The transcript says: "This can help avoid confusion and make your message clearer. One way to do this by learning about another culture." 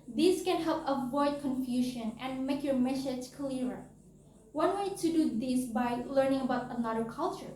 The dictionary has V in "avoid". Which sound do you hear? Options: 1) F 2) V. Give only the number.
2